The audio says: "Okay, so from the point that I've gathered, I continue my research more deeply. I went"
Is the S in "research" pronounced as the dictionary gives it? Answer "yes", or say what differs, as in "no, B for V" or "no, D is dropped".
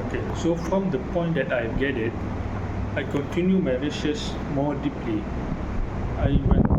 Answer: no, SH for S